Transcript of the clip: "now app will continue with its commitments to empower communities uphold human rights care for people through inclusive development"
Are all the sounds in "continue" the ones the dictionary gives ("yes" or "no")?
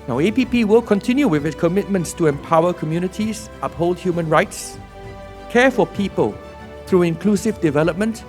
yes